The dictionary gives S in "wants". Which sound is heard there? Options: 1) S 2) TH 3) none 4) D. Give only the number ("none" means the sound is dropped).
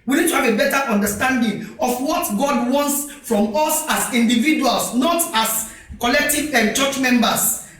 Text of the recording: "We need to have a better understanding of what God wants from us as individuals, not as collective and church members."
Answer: 1